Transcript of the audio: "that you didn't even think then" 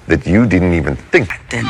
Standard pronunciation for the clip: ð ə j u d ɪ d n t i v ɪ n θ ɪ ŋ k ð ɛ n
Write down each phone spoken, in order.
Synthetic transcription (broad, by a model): ð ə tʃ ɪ d ɪ d n t i v ɪ n θ ɪ ŋ k